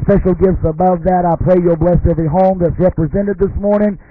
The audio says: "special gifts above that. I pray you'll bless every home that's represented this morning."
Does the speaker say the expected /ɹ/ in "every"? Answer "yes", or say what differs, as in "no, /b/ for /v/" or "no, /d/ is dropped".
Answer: no, /ɹ/ is dropped